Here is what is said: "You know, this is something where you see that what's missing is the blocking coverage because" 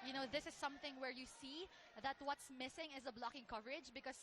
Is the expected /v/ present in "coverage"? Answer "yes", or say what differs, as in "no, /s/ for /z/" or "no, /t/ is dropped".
yes